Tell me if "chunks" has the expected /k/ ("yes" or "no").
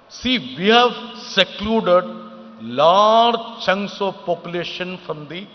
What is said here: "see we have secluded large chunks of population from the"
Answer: no